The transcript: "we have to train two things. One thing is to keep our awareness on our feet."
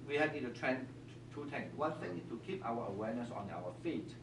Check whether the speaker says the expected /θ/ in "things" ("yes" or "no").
no